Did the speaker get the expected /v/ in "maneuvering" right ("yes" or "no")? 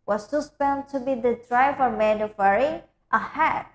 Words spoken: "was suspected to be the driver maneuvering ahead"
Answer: no